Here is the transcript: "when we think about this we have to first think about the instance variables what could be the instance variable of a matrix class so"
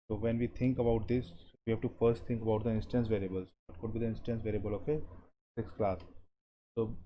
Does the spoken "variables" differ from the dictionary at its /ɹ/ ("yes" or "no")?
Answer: no